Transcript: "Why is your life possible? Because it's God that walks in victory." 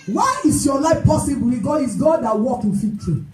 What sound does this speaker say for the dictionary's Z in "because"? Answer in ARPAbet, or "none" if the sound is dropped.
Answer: none